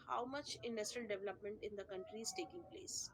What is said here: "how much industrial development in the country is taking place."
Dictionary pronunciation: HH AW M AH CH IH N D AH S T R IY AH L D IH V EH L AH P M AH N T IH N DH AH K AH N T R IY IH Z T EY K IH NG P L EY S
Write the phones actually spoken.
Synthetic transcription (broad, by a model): HH AW M AH CH IH N D AH S T R IY AH L D IH V EH L AH P M AH N T IH N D AH K AH N T R IY IH Z T EY K IH NG P L EY S